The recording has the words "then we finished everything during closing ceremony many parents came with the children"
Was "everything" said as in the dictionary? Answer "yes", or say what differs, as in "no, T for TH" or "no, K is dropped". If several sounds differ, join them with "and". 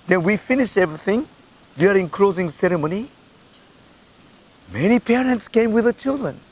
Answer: yes